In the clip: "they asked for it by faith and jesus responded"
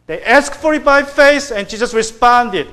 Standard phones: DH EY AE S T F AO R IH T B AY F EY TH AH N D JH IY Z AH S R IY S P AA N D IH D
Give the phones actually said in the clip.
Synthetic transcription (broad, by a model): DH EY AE S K F AO R IH T B AY F EY S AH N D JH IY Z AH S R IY S P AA N D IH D